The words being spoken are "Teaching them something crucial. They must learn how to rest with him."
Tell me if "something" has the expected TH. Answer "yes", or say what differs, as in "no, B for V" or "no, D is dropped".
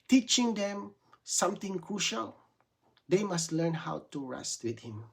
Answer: no, T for TH